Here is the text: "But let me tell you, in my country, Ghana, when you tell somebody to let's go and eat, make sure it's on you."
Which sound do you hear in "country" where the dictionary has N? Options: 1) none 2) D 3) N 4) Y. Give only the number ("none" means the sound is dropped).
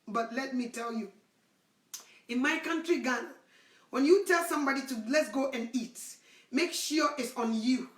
3